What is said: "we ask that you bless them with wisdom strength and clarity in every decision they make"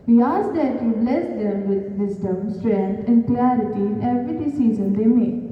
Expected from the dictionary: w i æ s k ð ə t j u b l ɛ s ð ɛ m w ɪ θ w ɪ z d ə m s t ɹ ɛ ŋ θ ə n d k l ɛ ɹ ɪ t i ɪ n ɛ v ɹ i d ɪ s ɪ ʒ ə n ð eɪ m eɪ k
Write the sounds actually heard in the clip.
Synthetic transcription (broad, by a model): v i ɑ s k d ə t j u b l ɛ s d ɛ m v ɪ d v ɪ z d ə m s t ɹ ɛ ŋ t ə n d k l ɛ ɹ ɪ t i ɪ n ɛ v ɹ i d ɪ s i z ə n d eɪ m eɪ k